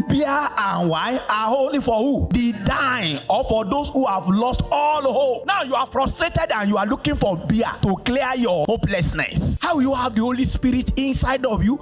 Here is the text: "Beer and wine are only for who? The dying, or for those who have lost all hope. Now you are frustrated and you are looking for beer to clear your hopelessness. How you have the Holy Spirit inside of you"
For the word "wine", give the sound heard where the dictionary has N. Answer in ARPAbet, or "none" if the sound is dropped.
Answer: none